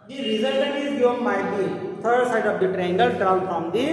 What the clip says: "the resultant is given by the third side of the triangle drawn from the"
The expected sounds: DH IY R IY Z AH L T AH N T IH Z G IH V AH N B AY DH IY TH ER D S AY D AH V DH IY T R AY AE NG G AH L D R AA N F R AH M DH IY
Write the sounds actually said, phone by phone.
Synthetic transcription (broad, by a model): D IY R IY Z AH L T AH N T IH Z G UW AH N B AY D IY T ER D S AY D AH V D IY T R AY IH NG G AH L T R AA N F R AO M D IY